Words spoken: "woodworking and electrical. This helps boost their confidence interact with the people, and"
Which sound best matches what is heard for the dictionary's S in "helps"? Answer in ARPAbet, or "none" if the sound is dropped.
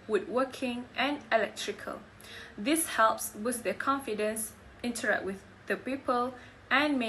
S